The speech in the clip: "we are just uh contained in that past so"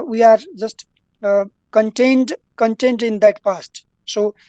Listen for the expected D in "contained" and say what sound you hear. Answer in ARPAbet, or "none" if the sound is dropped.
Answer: D